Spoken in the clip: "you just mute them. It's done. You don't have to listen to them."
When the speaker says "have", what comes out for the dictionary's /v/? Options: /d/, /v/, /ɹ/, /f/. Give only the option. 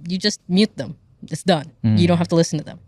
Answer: /f/